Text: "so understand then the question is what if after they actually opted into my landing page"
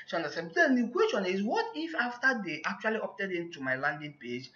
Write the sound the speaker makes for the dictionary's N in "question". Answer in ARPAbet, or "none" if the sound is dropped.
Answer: N